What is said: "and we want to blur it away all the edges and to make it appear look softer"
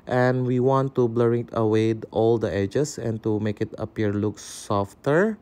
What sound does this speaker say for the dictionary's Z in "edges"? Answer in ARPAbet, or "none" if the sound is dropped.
S